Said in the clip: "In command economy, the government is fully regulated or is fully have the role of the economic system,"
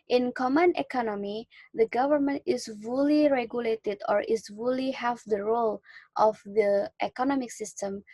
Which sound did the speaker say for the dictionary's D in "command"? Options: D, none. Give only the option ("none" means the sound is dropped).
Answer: none